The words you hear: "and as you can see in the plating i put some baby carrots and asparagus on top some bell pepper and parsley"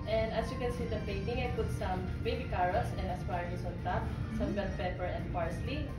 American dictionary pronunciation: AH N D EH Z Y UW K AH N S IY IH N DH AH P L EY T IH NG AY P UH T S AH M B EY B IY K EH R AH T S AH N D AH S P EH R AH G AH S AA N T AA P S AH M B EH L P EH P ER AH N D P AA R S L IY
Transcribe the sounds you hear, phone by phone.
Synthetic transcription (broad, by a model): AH N D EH S Y UW K AH N S IY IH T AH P EY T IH NG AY P UH T S AH M B EY B IY K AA R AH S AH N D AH S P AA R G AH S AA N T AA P S AH M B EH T P EH P ER AH N D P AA R S L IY